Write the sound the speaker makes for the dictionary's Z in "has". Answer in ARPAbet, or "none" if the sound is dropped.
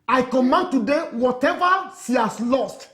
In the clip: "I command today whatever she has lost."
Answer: S